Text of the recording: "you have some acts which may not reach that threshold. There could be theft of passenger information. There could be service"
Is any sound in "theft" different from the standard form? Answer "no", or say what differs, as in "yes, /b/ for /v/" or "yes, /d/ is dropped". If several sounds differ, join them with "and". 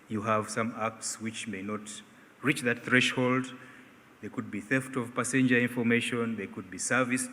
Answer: no